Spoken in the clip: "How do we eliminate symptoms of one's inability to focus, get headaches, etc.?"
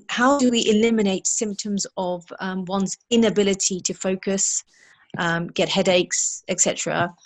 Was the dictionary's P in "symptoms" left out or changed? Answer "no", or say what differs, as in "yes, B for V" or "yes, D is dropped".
no